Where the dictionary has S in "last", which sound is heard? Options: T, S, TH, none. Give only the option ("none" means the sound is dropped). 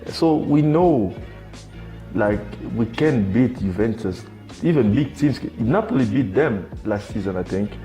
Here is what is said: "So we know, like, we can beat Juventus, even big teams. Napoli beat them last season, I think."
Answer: S